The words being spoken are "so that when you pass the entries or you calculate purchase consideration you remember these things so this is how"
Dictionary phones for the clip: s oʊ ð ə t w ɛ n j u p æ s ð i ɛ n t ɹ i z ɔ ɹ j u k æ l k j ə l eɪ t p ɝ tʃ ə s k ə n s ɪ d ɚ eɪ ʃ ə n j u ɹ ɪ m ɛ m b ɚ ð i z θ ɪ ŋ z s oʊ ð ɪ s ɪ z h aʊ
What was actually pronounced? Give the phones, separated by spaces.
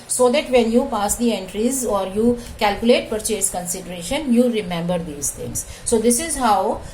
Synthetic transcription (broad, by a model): s oʊ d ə t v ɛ n j u p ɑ s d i ɛ n t ɹ i z ɔ ɹ j u k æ l k j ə l eɪ t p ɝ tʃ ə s k ə n s ɪ d ɚ eɪ ʃ ə n j u ɹ ɪ m ɛ m b ɚ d i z t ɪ ŋ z s oʊ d ɪ s ɪ z h aʊ